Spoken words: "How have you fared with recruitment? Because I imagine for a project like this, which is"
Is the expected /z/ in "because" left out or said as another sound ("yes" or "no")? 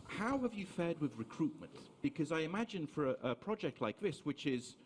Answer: no